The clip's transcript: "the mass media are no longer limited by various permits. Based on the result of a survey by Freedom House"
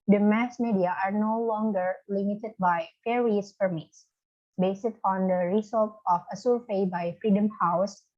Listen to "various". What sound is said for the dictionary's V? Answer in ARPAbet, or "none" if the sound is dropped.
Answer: F